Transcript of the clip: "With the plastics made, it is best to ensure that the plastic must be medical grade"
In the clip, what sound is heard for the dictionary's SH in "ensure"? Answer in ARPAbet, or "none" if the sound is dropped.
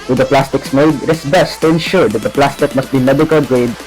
SH